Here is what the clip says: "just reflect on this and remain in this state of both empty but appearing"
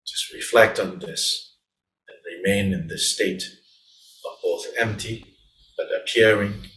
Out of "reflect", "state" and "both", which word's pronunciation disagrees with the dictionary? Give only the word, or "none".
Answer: none